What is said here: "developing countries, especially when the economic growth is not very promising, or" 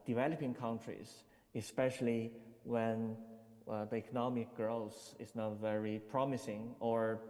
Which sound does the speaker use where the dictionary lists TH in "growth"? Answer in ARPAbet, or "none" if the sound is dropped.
S